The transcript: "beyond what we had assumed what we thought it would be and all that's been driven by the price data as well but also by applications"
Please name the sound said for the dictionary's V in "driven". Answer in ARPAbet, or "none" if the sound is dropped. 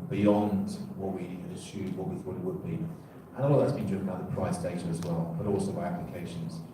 none